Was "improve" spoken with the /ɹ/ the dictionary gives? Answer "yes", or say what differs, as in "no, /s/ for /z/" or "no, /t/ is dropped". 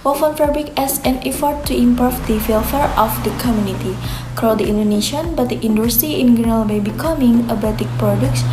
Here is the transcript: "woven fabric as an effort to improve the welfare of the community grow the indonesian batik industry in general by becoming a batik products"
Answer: no, /ɹ/ is dropped